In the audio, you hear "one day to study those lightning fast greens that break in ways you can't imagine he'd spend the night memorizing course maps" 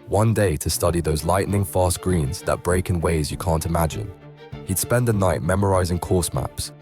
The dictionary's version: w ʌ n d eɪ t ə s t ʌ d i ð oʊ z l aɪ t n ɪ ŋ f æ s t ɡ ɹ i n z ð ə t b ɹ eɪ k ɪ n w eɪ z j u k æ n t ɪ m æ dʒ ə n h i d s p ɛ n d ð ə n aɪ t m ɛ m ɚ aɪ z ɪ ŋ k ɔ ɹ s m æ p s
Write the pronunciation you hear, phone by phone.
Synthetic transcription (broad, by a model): w ʌ n d eɪ t ə s t ʌ d i ð oʊ z l aɪ t n ɪ ŋ f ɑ s ɡ ɹ i n z ð ə t b ɹ eɪ k ɪ n w eɪ z j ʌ k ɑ n t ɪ m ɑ dʒ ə n h i d s p ɛ n d ð ə n aɪ t m ɛ m ɚ aɪ z ɪ ŋ k ɔ s m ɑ p s